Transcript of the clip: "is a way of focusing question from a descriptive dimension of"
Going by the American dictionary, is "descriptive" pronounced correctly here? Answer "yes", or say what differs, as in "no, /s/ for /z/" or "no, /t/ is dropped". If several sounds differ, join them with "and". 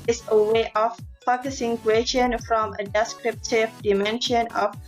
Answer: yes